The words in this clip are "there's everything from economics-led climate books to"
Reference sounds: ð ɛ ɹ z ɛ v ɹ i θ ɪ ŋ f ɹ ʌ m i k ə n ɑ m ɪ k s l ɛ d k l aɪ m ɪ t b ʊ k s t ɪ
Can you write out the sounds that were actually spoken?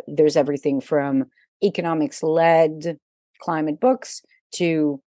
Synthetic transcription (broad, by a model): ð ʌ ɹ z ɛ v ɹ i θ ɪ ŋ f ɹ ʌ m i k ə n ɑ m ɪ k s l ɛ d k l aɪ m ɪ t b ʊ k s t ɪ